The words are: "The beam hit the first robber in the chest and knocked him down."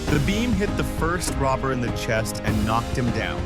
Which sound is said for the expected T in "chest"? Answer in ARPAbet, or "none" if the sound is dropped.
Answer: T